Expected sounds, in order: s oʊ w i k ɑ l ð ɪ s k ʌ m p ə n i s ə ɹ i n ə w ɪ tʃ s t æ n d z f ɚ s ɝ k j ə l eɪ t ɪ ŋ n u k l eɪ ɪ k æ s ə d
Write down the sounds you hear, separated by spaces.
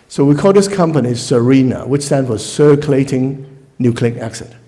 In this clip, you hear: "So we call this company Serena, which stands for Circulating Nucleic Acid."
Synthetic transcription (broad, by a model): s oʊ w i k ɑ l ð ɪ s k ʌ m p ə n i s ə ɹ i n ə w ɪ tʃ s t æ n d f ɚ s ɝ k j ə l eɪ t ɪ ŋ n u k l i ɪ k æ s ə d